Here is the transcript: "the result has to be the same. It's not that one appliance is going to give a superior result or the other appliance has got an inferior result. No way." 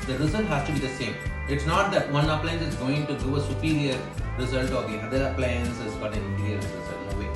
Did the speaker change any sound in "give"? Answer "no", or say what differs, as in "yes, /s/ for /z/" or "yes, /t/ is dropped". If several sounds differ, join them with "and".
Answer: yes, /v/ is dropped